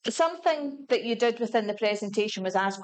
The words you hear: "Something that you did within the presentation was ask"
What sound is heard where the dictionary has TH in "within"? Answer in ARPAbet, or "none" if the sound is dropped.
TH